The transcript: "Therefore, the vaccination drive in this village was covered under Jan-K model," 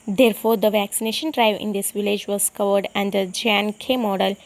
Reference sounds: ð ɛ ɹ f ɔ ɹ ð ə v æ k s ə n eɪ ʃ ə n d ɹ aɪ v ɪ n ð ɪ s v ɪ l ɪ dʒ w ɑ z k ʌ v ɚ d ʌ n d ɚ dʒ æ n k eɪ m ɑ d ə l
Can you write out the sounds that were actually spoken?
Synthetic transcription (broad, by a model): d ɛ ɹ f ɔ ɹ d ə v æ k s ə n eɪ ʃ ə n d ɹ aɪ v ɪ n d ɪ s v ɪ l ɪ dʒ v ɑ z k ʌ v ɚ d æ n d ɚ dʒ æ n k eɪ m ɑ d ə l